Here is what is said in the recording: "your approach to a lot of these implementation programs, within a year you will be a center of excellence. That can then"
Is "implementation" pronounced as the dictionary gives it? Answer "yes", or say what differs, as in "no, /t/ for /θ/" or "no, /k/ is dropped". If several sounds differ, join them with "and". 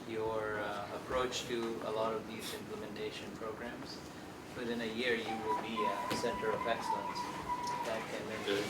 yes